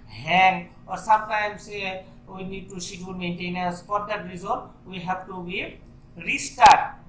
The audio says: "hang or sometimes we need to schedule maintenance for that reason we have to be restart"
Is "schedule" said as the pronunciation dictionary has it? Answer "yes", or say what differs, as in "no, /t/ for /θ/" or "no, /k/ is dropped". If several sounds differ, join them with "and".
no, /k/ is dropped